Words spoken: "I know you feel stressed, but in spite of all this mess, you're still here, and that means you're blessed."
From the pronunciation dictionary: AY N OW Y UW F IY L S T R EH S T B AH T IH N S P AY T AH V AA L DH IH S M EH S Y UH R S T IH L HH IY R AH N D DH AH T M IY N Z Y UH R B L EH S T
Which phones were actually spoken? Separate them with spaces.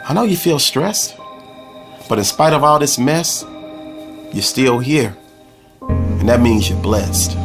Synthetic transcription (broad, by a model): AY N OW Y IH F IY L S T R EH S T B AH T IH N S P AY T AH V AA L DH IH S M EH S Y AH R S T IH L HH IY R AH N DH AH T M IY N Z Y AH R B L EH S T